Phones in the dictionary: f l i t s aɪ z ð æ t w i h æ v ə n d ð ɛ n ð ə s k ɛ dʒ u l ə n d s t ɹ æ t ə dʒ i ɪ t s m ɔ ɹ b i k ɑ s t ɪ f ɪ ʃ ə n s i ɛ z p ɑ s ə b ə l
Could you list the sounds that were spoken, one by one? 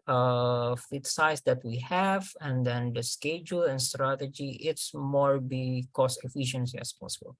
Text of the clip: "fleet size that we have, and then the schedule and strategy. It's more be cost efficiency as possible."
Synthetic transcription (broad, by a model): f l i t s aɪ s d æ t w i h æ v ə n d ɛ n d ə s k ɛ dʒ u l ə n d s t ɹ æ t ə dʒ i ɪ t s m ɔ ɹ b i k ɑ s t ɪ f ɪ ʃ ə n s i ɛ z p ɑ s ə b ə l